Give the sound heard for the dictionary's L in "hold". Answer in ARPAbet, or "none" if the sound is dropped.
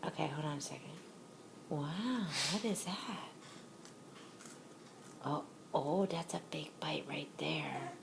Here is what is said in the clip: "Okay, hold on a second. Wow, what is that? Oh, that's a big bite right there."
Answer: none